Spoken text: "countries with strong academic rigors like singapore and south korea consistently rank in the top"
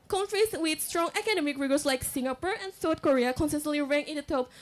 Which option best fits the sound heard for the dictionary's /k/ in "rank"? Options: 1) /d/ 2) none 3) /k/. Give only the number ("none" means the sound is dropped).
2